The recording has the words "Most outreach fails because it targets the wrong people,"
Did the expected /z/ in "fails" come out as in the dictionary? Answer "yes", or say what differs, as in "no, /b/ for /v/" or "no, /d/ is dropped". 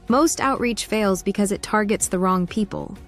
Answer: yes